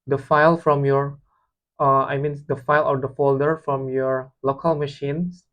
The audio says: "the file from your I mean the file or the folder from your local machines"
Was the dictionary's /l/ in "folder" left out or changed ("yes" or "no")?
no